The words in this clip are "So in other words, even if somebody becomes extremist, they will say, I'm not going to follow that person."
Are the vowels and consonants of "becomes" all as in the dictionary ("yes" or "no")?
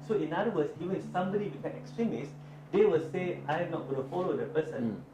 no